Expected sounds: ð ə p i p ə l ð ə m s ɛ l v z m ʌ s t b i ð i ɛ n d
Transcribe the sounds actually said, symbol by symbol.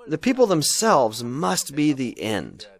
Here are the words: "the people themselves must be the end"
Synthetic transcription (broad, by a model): ð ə p i p l ð ə m s ɛ l v z m ʌ s t b i ð i ɛ n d